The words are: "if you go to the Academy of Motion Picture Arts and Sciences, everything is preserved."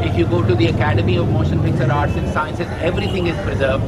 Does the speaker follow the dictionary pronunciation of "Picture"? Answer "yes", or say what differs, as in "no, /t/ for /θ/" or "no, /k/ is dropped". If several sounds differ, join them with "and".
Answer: no, /s/ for /tʃ/